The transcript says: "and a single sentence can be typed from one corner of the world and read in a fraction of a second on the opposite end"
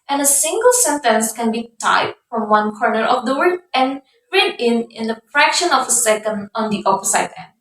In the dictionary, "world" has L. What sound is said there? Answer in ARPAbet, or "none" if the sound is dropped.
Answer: none